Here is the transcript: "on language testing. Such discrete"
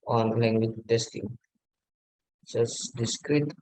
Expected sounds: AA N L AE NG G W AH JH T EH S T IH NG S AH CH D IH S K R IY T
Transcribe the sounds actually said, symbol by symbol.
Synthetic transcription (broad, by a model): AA N L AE NG G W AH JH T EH S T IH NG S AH S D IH S K R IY T